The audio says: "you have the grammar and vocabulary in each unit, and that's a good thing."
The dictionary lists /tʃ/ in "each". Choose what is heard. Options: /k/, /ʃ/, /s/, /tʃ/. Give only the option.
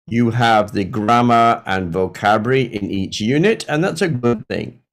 /tʃ/